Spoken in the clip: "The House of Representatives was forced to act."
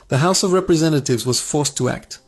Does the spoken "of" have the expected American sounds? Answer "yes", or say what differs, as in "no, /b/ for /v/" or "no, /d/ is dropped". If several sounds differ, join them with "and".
yes